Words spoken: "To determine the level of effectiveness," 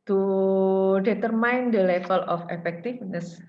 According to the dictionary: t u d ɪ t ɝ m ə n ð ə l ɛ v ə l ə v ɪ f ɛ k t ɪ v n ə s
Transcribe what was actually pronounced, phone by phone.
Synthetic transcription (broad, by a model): t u d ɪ t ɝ m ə n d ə l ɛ f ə l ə f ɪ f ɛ k t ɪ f n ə s